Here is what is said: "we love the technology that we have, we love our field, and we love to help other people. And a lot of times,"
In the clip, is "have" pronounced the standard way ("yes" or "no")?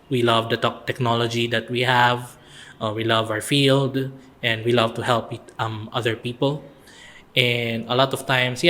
yes